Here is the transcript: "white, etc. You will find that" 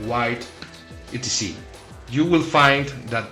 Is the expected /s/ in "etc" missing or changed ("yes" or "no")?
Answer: yes